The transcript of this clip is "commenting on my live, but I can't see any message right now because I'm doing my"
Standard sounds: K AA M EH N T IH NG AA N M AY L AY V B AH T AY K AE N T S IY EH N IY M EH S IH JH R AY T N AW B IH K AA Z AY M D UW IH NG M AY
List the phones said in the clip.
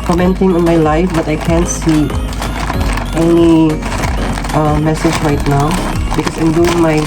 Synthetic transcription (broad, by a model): K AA M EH N T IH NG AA N M AY L AY F B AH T AY K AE N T S IY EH N IY M EH S IH JH R AY T N AW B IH K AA S AY M D UW IH NG M AY